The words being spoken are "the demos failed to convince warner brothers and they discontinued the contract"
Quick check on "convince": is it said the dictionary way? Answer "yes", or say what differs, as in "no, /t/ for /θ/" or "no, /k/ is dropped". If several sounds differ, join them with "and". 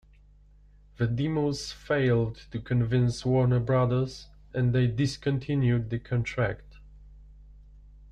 yes